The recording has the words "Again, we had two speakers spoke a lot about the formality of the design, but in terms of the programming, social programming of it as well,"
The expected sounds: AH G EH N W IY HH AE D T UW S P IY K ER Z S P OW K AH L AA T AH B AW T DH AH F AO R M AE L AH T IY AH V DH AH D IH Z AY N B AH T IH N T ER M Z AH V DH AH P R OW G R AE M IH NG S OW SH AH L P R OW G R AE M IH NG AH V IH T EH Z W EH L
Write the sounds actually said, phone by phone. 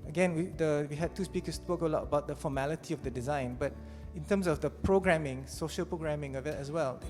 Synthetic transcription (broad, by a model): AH G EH N W IY HH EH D T UW S P IY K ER S P OW K AH L AA T AH B AW T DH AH F AO M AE L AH T IY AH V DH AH D IH Z AY N B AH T IH N T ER M S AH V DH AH P R OW G R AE M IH NG S OW SH AH L P R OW G R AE M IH NG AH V IH T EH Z W EH L